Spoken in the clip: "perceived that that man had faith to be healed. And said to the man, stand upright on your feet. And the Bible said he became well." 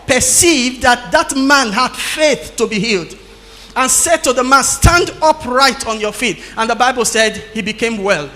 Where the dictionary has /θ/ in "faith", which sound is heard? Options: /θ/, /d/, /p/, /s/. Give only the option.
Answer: /θ/